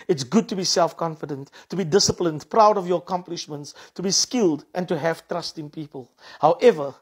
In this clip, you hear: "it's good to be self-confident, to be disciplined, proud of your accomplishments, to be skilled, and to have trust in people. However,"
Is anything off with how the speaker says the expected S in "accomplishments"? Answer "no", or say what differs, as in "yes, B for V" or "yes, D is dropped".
no